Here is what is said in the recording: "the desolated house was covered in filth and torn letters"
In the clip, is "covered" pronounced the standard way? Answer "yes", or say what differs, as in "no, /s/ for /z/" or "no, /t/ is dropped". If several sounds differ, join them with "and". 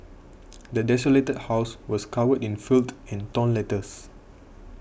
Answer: no, /w/ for /v/